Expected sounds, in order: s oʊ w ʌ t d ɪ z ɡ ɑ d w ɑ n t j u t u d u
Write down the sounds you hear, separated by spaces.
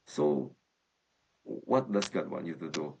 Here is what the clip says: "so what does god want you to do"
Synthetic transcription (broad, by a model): s oʊ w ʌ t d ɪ s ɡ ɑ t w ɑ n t j u t u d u